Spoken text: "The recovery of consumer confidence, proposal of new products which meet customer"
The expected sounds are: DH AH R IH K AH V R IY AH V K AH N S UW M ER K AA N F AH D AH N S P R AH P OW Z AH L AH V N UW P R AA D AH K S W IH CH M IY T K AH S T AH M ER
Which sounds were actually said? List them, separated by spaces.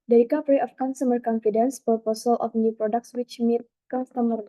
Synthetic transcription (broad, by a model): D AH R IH K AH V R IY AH F K AH N S UW M ER K AA N F AH D AH N S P AH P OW S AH L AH F N UW P R AA D AH K S W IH CH M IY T K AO S T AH M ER